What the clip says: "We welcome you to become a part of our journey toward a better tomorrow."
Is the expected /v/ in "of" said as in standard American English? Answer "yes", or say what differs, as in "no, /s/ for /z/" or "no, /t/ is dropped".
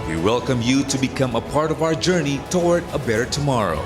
yes